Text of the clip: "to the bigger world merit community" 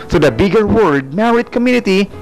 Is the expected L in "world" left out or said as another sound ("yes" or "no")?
yes